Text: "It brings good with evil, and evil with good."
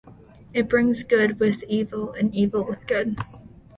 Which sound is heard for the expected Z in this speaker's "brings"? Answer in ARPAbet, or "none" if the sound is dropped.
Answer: Z